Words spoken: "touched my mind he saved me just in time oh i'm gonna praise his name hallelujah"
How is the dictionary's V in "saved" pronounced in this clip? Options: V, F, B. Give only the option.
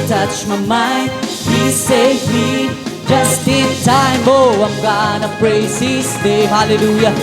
F